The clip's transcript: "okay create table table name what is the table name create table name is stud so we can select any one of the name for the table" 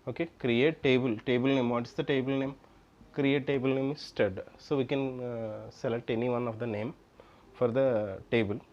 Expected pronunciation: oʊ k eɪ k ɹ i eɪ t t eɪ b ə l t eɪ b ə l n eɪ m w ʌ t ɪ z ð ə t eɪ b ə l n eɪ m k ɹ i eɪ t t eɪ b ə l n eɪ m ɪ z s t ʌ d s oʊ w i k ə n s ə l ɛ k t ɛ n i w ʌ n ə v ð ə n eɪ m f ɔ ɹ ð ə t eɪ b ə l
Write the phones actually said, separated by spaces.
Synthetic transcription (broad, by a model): oʊ k eɪ k ɹ i eɪ t t eɪ b ə l t eɪ b ə l n eɪ m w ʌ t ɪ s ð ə t eɪ b ə l n eɪ m k ɹ i eɪ t t eɪ b ə l n eɪ m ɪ s t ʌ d s oʊ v i k ə n s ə l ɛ t ɛ n i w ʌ n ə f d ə n eɪ m f ɔ ɹ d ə t eɪ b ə l